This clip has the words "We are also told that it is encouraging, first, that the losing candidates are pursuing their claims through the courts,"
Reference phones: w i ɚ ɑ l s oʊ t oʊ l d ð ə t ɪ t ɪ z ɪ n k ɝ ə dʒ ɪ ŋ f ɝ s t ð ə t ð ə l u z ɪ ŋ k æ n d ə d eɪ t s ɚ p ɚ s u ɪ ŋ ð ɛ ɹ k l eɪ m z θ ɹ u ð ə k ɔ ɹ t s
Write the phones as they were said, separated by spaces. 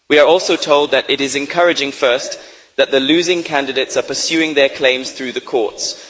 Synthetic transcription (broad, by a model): w i ɚ ɑ l s oʊ t oʊ l d ð ə t ɪ t ɪ z ɪ n k ɝ ə dʒ ɪ ŋ f ɝ s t ð ə t ð ə l u z ɪ ŋ k æ n d ə d eɪ t s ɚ p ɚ s u ɪ ŋ ð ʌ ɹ k l eɪ m z θ ɹ u ð ə k ɔ ɹ t s